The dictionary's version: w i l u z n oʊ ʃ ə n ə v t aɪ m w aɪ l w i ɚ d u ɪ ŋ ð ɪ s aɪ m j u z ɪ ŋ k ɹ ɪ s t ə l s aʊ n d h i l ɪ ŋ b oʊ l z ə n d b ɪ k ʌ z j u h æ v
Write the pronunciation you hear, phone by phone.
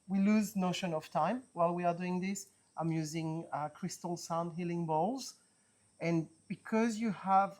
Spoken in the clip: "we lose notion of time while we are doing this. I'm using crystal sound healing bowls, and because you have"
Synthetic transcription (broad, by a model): w i l u z n oʊ ʃ ə n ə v t aɪ m w aɪ l w i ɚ d u ɪ ŋ ð ɪ s aɪ m j u z ɪ ŋ k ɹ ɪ s t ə l s aʊ n d h i l ɪ ŋ b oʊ l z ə n b ɪ k ʌ z j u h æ v